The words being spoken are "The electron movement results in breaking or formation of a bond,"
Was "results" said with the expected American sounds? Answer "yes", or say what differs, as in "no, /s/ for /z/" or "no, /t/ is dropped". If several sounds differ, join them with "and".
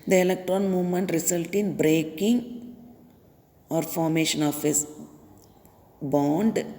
no, /s/ is dropped